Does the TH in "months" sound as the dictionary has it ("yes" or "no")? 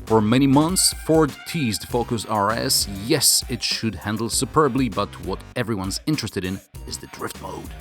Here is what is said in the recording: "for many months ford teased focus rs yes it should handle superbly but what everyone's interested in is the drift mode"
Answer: yes